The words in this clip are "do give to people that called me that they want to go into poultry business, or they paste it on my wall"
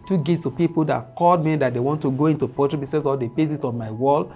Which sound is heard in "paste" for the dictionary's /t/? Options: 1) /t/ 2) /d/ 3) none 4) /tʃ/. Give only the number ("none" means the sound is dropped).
3